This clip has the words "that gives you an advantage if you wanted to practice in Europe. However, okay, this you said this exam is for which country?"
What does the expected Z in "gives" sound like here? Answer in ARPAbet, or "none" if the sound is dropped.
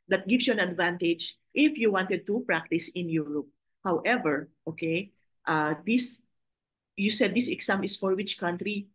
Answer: S